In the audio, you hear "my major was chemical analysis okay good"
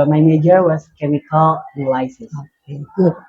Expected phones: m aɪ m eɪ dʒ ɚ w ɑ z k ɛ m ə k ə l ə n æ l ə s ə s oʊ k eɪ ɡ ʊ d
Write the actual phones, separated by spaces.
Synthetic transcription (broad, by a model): m aɪ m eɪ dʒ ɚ w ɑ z k ɛ m ə k ə l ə l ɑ ə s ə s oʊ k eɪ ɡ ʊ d